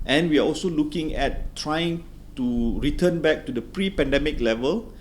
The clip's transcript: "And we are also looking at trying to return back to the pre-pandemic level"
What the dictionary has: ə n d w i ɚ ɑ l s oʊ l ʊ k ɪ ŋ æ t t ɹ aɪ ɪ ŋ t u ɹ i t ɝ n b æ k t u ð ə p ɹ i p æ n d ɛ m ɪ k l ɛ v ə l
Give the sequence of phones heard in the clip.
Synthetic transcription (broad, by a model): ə n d w i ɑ ɑ l s oʊ l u k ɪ ŋ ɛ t t ɹ aɪ ɪ ŋ t u ɹ i t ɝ n b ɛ k t u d ə p ɹ i p æ n d ɛ m ɪ k l ɛ v ə l